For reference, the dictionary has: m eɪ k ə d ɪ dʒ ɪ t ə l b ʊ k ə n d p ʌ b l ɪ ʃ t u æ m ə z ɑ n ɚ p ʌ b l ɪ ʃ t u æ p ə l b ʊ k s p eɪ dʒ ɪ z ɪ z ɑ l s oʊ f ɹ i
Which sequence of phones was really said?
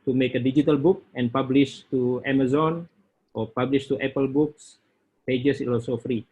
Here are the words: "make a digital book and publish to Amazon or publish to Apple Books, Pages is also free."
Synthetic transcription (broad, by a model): m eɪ k ə d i dʒ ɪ t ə l b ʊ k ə n p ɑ b l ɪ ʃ t u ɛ m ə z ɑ n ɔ p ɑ b l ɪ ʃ t u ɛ p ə l b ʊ k s p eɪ dʒ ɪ s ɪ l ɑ s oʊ f ɹ i